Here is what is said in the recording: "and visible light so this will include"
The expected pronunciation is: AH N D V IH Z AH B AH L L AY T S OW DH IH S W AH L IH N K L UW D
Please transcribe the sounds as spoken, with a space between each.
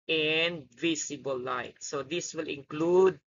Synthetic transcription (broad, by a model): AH N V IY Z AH B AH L L AY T S OW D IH S W AH L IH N K L UW D